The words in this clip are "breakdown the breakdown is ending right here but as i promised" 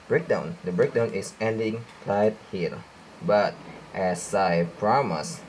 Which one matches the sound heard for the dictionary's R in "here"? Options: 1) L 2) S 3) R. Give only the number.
1